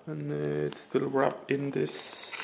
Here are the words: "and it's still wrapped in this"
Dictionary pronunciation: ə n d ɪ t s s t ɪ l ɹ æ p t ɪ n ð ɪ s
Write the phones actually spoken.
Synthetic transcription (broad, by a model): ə n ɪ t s s t ɪ l ɹ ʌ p ɪ n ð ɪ s